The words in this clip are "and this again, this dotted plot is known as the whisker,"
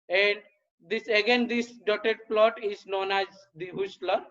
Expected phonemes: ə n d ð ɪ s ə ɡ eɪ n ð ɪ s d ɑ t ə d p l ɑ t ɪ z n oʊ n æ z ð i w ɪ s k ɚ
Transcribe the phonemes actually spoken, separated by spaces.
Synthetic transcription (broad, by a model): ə n d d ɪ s ə ɡ eɪ n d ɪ s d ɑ t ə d p l ɑ t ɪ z n oʊ n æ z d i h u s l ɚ